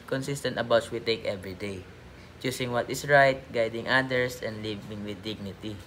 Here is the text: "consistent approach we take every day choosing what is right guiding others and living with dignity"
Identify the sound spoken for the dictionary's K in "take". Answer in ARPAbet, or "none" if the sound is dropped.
K